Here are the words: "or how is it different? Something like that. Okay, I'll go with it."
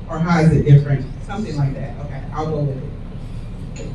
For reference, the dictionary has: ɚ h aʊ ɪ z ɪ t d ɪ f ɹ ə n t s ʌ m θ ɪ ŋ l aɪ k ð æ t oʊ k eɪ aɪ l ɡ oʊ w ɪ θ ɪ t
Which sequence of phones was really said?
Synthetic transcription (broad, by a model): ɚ h aʊ ɪ z ɪ t d ɪ f ɹ ə n t s ʌ m θ ɪ ŋ l aɪ k ð æ t oʊ k eɪ aɪ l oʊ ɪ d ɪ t